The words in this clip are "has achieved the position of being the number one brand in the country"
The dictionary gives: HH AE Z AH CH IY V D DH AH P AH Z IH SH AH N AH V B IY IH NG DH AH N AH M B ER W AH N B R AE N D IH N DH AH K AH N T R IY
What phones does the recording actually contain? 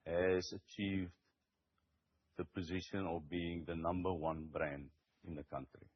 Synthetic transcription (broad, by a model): HH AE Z AH CH IY V D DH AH P AH Z IH SH AH N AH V B IY IH NG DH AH N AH M B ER W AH N B R AE N D IH N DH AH K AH N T R IY